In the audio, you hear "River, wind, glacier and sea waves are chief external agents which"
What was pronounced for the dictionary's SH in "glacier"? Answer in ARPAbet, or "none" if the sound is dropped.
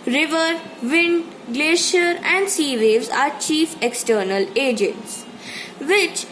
SH